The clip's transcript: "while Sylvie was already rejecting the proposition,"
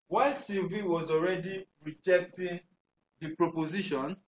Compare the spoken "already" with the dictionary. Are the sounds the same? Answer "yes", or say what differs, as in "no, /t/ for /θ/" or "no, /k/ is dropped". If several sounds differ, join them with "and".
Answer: yes